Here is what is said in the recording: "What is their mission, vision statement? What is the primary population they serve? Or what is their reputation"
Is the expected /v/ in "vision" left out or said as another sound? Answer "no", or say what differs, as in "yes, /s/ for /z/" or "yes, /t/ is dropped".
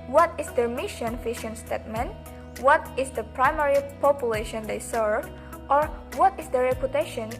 yes, /f/ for /v/